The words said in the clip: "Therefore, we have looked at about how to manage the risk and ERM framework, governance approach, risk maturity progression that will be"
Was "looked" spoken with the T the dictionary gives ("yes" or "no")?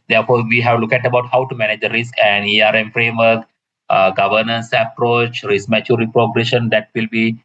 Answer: no